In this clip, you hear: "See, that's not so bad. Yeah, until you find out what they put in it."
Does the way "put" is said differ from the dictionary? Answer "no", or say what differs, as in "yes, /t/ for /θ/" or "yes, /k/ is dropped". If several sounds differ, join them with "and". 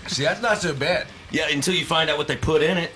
no